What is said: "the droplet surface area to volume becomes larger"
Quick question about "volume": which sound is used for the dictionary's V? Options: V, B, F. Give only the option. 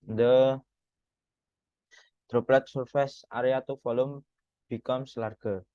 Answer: F